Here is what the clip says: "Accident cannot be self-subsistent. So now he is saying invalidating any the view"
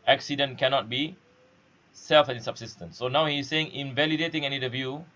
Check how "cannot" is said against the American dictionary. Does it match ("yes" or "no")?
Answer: yes